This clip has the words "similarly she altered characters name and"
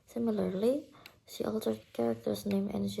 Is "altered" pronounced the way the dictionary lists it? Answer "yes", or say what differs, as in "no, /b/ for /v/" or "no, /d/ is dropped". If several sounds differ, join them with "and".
yes